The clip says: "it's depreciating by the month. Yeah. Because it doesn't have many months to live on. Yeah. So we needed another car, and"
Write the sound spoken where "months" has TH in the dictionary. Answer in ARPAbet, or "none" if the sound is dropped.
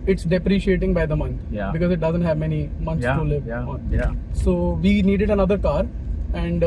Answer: S